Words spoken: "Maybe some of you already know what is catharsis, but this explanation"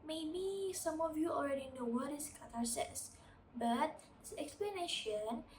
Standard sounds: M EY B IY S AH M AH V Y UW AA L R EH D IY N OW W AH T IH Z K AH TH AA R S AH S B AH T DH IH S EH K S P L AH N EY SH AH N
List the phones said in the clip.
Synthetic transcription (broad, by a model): M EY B IY S AH M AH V Y UW AA L R EH D IY N OW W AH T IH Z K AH T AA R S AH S B AH T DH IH EH K S P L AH N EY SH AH N